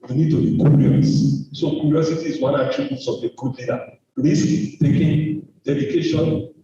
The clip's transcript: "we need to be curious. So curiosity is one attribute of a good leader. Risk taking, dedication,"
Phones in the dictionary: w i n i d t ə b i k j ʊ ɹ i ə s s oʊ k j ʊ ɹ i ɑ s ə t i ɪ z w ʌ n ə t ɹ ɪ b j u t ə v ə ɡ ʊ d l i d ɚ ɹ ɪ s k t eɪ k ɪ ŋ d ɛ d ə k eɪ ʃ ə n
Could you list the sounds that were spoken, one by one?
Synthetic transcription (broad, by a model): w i n i d t ə b i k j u ɹ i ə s s oʊ k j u ɹ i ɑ s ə t i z w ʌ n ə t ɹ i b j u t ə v ə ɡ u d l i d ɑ l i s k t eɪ k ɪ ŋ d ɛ d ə k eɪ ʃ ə n